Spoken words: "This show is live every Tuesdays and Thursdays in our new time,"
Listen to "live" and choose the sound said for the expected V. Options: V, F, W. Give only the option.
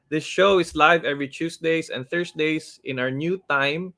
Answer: V